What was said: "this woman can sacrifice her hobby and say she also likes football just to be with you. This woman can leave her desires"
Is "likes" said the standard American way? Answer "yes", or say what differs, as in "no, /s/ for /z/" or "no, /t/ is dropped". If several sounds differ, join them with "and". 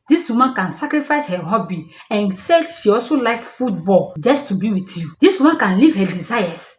no, /s/ is dropped